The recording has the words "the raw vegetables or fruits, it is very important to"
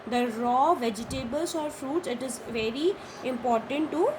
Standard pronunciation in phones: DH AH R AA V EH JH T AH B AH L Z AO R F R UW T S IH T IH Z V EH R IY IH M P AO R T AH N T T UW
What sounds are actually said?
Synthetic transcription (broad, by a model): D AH R AA V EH JH T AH B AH L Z AO R F R UW T S IH T IH Z V EH R IY IH M P AO R T AH N T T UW